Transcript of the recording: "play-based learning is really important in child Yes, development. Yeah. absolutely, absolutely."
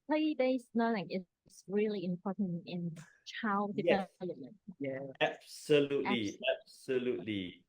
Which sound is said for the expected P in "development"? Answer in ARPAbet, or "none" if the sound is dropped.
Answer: none